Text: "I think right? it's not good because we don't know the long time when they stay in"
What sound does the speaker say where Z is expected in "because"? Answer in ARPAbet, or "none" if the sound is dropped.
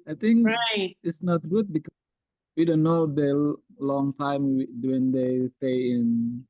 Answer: none